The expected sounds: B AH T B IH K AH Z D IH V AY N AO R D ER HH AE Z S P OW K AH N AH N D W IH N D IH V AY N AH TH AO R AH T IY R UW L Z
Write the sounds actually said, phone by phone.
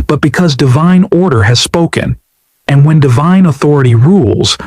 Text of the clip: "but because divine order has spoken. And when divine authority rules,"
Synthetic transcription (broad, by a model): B AH T B IH K AH Z D IH V AY N AO R D ER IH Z S P OW K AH N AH N W IH N D IH V AY N AH TH AO R AH T IY R UW L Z